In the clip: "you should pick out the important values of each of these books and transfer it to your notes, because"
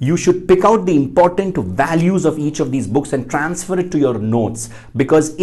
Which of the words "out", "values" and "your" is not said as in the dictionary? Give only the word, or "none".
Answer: none